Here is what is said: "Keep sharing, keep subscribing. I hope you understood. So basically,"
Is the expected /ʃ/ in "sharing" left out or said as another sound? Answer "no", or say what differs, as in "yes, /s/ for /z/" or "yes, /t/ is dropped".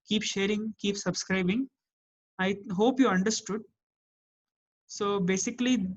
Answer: no